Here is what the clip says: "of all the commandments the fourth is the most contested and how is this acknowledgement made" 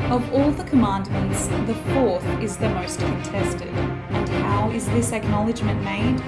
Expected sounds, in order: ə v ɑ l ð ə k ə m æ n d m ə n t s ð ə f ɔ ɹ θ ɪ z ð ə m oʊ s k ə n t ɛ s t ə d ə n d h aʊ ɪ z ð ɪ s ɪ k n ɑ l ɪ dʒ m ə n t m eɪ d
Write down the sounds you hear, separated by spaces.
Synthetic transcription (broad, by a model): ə v ɑ l ð ə k ə m æ n d m ə n t s ð ə f ɔ ɹ θ ɪ z ð ə m oʊ s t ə n t ɛ s t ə d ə n h aʊ ɪ z ð ɪ s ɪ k n ɑ l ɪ dʒ m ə n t m eɪ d